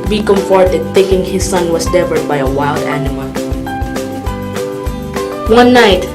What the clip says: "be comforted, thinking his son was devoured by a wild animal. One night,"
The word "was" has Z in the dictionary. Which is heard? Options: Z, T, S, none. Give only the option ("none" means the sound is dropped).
S